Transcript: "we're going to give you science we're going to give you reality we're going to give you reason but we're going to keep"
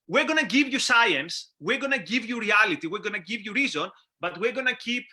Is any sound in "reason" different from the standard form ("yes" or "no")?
no